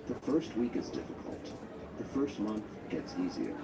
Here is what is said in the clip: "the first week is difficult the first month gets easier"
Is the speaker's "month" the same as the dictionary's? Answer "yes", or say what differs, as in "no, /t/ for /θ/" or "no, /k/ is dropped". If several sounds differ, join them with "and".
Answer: yes